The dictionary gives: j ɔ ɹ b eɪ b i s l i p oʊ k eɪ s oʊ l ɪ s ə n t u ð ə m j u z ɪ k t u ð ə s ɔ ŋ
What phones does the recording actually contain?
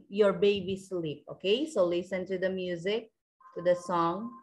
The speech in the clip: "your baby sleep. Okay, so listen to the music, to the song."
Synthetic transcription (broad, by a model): j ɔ ɹ b eɪ b i s l i p oʊ k eɪ s oʊ l ɪ s ə n t u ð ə m j u z ɪ k t u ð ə s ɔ ŋ